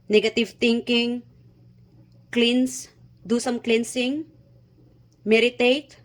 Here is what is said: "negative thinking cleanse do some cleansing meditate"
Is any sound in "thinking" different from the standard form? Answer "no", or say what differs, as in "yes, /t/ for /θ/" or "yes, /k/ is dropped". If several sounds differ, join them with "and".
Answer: yes, /t/ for /θ/